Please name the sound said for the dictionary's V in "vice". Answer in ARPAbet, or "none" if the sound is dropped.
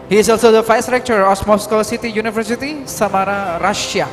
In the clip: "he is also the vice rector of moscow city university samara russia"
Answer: F